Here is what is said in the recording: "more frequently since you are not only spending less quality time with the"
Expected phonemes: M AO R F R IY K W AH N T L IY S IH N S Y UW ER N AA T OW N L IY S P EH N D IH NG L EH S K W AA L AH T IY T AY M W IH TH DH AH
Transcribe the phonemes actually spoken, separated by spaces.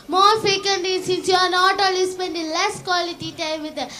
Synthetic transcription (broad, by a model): M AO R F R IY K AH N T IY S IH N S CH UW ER N AA T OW L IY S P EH N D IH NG L EH S K W AA L AH T IY T AY M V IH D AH